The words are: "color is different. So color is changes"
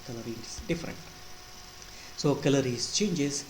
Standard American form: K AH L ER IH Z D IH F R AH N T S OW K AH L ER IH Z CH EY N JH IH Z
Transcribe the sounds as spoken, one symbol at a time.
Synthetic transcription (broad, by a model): K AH L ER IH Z D IH F R AH N T S OW K AH L ER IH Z CH EY N JH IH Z